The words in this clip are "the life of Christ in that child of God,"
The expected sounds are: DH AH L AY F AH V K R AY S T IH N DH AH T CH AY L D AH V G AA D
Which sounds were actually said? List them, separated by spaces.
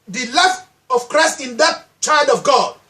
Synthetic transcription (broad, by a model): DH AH L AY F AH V K R AY S T IH N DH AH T CH AY L D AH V G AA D